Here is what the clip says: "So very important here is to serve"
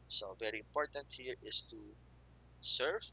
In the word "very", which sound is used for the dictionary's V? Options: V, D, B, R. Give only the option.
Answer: V